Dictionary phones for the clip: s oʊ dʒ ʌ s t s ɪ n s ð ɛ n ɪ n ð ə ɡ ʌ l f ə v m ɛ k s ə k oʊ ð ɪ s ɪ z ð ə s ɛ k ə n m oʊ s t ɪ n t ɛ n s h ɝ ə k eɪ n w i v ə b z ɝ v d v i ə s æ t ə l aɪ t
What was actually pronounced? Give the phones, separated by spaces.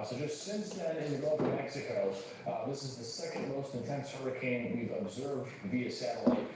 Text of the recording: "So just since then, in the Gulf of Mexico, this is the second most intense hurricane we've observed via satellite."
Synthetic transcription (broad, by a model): s oʊ dʒ ʌ s t s ɪ n s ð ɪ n ɪ n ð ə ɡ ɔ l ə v m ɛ k s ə k oʊ ð ɪ s ɪ z ð ə s ɛ k ə n m oʊ s t ɪ n t ɛ n s h ɝ ə k eɪ n w i v ə b z ɝ v d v i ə s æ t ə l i